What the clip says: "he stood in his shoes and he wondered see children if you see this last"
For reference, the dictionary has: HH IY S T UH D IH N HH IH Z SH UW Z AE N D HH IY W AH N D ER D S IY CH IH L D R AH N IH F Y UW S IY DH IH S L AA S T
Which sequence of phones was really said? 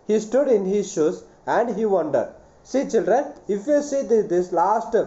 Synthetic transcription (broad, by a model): HH IY S T UH D IH N HH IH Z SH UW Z AE N D HH IY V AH N D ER D S IY CH IH L D R AH N IH F Y UW S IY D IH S L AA S T